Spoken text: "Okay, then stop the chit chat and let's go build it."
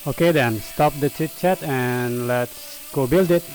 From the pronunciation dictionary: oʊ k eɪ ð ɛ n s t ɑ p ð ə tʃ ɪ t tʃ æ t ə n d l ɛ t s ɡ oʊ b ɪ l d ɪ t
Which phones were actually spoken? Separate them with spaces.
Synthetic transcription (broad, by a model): oʊ k eɪ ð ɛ n s t ɑ p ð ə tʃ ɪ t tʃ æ t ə n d l ɛ t s ɡ oʊ b ɪ l d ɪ t